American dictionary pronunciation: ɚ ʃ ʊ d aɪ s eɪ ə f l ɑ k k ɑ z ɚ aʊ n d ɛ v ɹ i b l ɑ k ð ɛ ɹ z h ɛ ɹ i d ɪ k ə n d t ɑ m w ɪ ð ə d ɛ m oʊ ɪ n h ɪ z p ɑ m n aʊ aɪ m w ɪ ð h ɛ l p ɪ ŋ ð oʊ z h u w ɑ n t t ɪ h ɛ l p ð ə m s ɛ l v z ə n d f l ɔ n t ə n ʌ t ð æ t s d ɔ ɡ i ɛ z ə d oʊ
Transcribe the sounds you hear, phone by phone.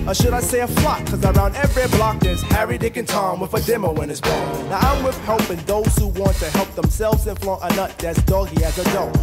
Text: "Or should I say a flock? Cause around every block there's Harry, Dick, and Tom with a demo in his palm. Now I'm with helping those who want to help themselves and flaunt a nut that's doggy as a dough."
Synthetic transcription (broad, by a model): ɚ ʃ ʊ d aɪ s eɪ ə f l ɑ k k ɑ z ɚ aʊ n d ɛ v ɹ i b l ɑ k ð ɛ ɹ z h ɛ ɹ i d ɪ k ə n t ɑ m w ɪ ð ə d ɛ m oʊ ɪ n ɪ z b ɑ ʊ n aʊ aɪ m w ɪ ð h ɛ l p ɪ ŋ ð oʊ z h u w ɑ n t t ɪ h ɛ l p ð ə m s ɛ l v z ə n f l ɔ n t ə n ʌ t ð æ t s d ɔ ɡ i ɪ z ə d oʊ